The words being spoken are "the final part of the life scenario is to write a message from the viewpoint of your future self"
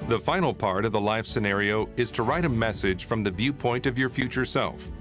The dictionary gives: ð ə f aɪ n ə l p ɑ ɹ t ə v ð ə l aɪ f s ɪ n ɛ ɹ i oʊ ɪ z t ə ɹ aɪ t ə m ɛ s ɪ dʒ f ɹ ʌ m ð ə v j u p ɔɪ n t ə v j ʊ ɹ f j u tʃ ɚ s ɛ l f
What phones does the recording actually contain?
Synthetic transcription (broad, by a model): ð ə f aɪ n l p ɑ ɹ t ə v ð ə l aɪ f s ɪ n ɛ ɹ i oʊ ɪ z t ə ɹ aɪ t ə m ɛ s ɪ dʒ f ɹ ʌ m ð ə v j u p ɔɪ n t ə v j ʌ ɹ f j u tʃ ɚ s ɛ l f